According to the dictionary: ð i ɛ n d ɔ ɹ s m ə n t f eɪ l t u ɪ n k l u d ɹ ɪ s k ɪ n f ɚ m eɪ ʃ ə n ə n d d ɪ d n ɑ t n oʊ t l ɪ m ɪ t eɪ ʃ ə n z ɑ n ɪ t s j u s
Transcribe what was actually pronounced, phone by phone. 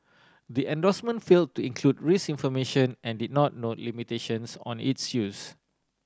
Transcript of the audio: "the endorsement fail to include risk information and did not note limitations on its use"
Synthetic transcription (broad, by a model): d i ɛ n d ɔ s m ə n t f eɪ l t u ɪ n k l u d ɹ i s ɪ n f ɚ m eɪ ʃ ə n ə n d d ɪ d n ɑ t n oʊ t l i m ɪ t eɪ ʃ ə n s ɑ n ɪ t s j u s